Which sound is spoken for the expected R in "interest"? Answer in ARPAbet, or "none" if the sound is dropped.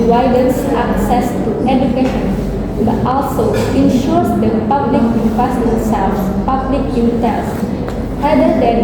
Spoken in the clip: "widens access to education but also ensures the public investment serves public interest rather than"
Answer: none